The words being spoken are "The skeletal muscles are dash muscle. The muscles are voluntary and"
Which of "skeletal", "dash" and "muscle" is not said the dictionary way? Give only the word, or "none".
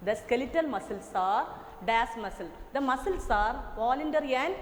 dash